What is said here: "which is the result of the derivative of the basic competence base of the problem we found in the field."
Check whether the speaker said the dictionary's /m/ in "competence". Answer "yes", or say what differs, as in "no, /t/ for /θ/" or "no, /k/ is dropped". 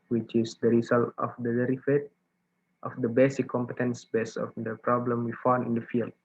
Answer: yes